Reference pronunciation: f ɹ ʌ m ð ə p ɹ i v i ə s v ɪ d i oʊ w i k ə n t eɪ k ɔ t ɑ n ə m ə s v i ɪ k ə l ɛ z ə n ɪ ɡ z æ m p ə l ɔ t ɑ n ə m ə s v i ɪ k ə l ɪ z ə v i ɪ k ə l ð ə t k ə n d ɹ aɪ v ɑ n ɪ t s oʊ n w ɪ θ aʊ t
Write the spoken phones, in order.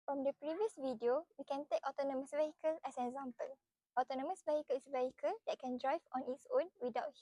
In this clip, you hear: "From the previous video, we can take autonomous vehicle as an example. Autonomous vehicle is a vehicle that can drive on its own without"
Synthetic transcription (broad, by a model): f ɹ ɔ m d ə p ɹ i v i ə s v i d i oʊ w i k ə n t eɪ k ɔ t ɑ n ə m ə s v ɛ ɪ k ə l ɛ s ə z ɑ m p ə l ɔ t ɑ n ə m ə s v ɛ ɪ k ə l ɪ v ə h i k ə l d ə t k ə n d ɹ aɪ v ɑ n ɪ t s oʊ n w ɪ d aʊ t